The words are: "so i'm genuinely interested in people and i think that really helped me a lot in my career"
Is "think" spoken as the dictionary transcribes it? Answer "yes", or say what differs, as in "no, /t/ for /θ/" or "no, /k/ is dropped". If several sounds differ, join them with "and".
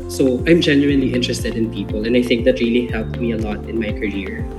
yes